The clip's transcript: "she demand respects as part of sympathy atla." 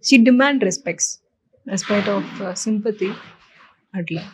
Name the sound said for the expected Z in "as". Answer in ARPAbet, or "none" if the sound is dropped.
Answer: S